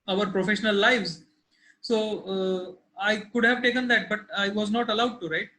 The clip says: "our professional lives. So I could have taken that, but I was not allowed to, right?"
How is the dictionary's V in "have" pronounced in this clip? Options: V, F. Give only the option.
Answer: V